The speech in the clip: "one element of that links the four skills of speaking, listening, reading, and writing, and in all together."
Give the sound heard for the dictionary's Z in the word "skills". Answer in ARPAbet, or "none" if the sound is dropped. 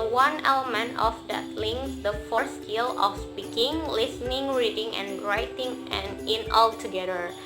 none